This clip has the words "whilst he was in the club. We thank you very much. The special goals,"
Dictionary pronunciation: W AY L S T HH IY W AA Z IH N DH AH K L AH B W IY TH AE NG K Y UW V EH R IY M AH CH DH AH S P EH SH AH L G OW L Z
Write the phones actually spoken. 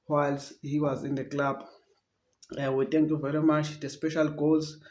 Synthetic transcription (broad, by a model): W AY L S HH IY W AA Z IH N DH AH K L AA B W IY T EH NG K Y UW V EH R IY M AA CH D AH S P EH SH AH L G OW L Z